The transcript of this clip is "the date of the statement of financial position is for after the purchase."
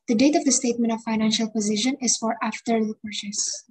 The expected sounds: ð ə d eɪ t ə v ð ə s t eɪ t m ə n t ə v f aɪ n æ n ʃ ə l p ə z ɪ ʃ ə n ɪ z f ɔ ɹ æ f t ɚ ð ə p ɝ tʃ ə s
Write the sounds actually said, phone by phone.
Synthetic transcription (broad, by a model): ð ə d eɪ t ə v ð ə s t eɪ t m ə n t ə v f aɪ n æ n ʃ ə l p ə z ɪ ʃ ə n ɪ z f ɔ ɹ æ f t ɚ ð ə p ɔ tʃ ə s